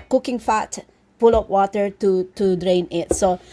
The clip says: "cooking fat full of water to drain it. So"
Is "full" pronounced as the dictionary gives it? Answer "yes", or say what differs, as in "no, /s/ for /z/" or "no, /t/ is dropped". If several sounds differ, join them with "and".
no, /p/ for /f/